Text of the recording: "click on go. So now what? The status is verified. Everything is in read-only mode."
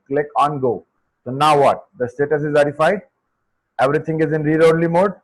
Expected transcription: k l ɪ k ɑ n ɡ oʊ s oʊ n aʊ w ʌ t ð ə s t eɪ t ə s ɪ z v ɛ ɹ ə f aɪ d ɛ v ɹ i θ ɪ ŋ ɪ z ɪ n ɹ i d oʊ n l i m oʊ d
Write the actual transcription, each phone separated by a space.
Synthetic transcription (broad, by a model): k l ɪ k ɑ n ɡ oʊ s oʊ n aʊ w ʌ t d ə s t eɪ t ə s ɪ z v ɛ ɹ ə f aɪ d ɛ v ɹ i t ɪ ŋ ɪ z ɪ n ɹ i d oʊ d l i m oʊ d